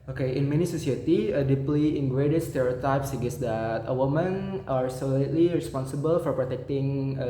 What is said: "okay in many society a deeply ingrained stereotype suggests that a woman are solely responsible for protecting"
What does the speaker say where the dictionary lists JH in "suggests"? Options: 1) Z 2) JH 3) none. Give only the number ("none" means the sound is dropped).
3